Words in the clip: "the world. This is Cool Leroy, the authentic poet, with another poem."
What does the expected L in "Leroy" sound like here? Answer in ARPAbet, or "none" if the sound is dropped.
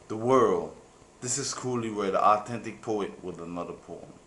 W